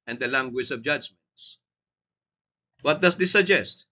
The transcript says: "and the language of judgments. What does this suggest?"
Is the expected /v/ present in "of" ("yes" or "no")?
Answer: yes